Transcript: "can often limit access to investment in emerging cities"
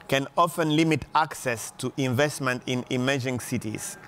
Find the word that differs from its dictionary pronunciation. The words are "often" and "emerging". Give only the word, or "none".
none